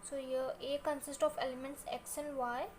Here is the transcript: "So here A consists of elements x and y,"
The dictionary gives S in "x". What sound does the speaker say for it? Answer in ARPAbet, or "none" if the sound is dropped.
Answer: SH